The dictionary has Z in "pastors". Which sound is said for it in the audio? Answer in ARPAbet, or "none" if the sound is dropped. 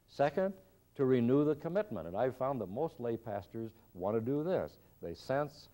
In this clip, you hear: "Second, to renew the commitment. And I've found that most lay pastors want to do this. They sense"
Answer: Z